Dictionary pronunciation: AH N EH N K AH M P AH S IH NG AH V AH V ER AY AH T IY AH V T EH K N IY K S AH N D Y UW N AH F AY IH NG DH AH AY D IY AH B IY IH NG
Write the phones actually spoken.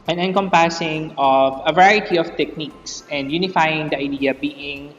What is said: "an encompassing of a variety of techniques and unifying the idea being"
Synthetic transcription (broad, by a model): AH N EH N K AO M P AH S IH NG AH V AH V ER AY AH T IY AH F T EH K N IY K S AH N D Y UW N AH F AY IH NG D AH AY D IY AH B IY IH NG